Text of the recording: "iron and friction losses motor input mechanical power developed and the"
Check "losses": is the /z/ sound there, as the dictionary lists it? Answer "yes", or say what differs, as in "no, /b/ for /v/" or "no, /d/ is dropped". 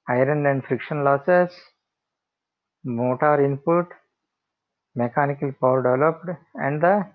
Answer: no, /s/ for /z/